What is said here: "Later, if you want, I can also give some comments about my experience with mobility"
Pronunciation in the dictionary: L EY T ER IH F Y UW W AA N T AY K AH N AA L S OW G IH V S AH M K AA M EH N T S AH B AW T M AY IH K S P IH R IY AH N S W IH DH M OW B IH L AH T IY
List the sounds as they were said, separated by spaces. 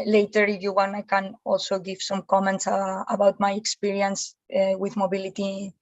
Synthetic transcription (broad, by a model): L EY T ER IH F Y UW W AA N AY K AH N AA L S OW G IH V S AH M K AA M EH N T S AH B AW T M AY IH K S P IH R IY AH N S W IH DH M OW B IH L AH T IY